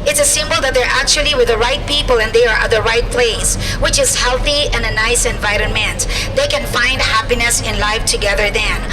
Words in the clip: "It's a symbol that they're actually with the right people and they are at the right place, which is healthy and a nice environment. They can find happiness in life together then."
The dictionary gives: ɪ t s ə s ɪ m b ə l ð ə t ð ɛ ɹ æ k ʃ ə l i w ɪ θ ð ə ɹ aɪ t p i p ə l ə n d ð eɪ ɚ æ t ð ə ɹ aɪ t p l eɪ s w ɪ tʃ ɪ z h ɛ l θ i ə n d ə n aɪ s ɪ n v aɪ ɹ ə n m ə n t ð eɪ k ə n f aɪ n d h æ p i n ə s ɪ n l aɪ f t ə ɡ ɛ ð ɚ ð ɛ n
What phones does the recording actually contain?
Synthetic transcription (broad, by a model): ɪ t s ə s ɪ m b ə l ð ə t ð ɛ ɹ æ k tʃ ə l i w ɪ ð ə ɹ aɪ t p i p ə l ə n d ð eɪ ɚ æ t ð ə ɹ aɪ t p l eɪ s w ɪ tʃ ɪ z h ɛ l θ i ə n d ə n aɪ s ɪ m v aɪ ɹ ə n m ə n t ð eɪ k ə n f aɪ n d h æ p i n ə s ɪ n l aɪ f t ə ɡ ɛ ð ɚ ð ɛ n